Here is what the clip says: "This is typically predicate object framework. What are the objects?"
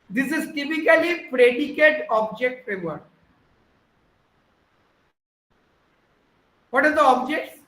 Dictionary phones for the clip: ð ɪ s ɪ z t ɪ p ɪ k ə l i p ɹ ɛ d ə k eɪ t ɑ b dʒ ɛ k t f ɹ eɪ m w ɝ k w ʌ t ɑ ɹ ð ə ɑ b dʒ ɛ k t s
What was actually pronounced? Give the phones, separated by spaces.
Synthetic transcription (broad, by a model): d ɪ s ɪ z t ɪ p ɪ k ə l i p ɹ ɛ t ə k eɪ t ɑ b dʒ ɛ k t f eɪ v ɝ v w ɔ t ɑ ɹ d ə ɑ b dʒ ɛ k t s